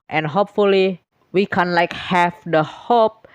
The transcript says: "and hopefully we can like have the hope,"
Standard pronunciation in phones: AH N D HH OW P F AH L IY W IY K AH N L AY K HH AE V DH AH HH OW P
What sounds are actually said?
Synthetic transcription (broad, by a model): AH N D HH OW P F AH L IY W IY K AH N L AY K HH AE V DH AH HH OW P